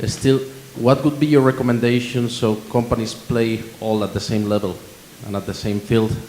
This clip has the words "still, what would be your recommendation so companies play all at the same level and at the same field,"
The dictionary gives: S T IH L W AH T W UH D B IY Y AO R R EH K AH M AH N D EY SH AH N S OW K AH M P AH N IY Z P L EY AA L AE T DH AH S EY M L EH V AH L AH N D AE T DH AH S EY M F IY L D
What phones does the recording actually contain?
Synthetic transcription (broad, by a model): S T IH L W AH T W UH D B IY Y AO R R EH K AH M AH N D EY SH AH N S OW K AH M P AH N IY S P L EY AA L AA T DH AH S EY M L EH V AH L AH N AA T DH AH S EY M F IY L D